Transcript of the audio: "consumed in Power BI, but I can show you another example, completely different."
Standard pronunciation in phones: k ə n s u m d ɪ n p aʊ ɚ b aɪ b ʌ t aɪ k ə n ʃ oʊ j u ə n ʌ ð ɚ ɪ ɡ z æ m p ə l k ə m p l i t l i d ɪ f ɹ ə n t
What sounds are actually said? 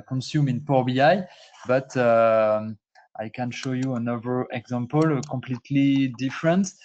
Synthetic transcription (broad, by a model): k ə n s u m ɪ n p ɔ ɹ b aɪ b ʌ t aɪ k ə n ʃ oʊ j u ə n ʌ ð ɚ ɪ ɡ z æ m p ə l k ə m p l i t l i d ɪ f ɹ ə n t